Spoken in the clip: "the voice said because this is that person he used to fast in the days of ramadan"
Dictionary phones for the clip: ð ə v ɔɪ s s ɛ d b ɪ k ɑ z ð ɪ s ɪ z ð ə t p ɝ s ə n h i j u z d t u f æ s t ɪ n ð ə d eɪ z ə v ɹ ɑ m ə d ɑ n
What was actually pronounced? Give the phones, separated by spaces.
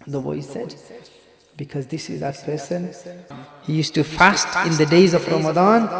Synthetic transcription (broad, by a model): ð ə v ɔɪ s s ɛ d b ɪ k ɑ z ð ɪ s ɪ z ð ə t p ɝ s ə n h i j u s t u f æ s t ɪ n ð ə d eɪ z ə v ɹ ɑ m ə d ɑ n